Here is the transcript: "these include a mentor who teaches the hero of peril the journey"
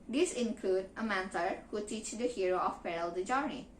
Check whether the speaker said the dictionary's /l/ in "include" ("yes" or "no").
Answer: yes